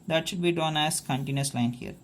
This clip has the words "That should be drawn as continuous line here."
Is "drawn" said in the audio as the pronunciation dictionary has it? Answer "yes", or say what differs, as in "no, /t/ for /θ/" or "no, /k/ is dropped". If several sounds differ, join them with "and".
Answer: no, /ɹ/ is dropped